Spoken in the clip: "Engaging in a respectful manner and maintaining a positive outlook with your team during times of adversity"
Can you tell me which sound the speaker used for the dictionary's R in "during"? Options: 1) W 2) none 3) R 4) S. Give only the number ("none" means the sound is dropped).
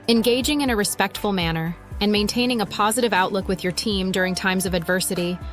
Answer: 3